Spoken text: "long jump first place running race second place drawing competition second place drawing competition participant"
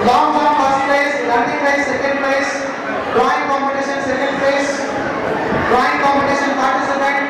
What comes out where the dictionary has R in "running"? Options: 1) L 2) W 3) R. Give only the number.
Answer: 1